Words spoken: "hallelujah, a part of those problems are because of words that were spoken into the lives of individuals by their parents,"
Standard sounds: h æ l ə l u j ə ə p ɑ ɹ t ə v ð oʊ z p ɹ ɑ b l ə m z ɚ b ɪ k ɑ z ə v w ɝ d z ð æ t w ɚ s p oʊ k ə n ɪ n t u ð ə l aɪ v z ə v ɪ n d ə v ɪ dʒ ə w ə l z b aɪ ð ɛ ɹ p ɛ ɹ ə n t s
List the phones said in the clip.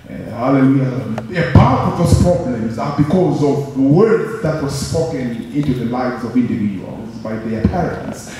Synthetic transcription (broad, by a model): h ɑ l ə l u j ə ə p ɑ ɹ t ə v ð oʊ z p ɹ ɑ b l ə m z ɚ b ɪ k ɑ z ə v w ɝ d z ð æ t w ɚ s p oʊ k ə n ɪ n t u ð ə l aɪ v z ə v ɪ n d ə v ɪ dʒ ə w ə l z b aɪ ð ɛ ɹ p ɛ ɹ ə n t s